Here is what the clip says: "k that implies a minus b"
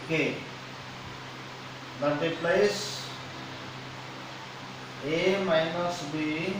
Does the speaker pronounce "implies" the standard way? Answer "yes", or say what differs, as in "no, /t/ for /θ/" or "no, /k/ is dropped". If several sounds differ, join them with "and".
no, /m/ is dropped and /s/ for /z/